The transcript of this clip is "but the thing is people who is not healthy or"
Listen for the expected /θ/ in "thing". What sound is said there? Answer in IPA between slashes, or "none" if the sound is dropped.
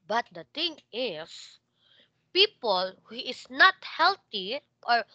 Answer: /t/